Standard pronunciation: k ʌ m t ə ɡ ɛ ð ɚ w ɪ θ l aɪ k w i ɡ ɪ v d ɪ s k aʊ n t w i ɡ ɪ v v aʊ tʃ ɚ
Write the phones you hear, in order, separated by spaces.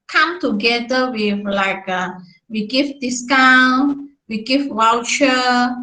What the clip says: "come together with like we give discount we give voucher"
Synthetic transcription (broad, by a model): k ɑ m t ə ɡ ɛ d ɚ w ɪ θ l aɪ k w i ɡ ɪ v d ɪ s k aʊ n t w i ɡ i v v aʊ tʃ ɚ